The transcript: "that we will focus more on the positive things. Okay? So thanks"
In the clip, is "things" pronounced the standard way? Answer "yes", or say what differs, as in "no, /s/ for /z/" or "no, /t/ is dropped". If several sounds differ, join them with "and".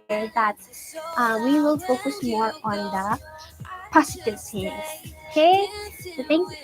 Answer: no, /s/ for /θ/